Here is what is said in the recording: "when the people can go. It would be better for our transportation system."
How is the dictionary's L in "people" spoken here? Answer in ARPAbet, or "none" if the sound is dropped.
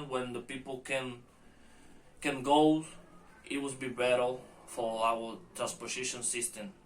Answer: N